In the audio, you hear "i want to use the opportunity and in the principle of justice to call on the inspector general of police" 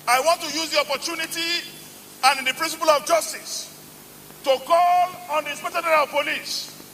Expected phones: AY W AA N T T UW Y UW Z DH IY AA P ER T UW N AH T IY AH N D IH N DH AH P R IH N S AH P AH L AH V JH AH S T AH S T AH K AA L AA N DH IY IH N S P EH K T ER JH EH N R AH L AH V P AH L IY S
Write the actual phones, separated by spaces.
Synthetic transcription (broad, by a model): AY W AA N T T UW Y UW Z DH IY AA P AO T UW N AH T IY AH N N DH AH P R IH N S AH P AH L AH V JH AH S T AH S T AH K AA L AA N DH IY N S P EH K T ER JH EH R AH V P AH L IY S